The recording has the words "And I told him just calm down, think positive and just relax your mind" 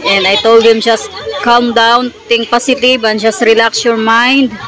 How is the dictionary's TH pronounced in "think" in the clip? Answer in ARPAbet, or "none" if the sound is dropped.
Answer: T